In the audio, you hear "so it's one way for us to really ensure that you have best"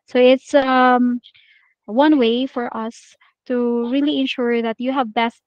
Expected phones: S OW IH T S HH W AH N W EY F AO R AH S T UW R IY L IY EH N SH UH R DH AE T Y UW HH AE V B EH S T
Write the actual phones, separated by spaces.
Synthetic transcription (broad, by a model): S OW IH T S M W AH N W EY F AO R AH S T UW R IY L IY EH N SH UH R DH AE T Y UW HH AE V B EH S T